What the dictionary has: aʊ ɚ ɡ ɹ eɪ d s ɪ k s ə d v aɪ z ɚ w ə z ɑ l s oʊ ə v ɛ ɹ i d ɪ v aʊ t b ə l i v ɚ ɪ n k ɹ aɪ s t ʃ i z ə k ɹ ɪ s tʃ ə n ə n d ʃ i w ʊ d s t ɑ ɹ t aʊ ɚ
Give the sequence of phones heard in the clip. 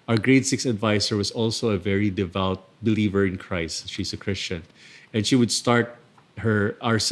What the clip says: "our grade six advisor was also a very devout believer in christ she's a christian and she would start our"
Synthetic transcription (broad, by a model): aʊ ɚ ɡ ɹ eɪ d s ɪ k s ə d v aɪ s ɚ w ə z ɑ l s oʊ ə v ɛ ɹ i d ɪ v aʊ t b ə l i v ɚ ɪ n k ɹ aɪ s t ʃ i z ə k ɹ ɪ s tʃ ə n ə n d ʃ i w ʊ d s t ɑ ɹ t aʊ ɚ